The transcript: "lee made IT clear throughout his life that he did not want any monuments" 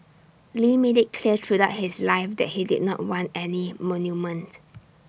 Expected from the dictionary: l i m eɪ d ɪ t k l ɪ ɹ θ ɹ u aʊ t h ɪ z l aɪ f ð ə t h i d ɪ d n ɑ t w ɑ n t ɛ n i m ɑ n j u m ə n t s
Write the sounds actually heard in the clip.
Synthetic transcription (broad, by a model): l i m eɪ d ɪ t k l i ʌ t ɹ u aʊ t h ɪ s l aɪ f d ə t h i d ɪ d n ɑ t w ɑ n t ɛ n i m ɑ n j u m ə n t